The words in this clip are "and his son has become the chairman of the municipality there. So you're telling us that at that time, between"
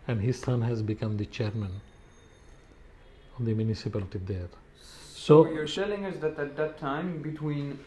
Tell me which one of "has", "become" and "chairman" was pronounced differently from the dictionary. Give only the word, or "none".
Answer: none